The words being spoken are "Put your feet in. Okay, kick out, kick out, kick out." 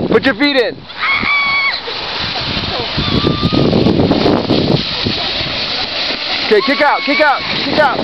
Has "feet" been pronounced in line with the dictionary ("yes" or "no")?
yes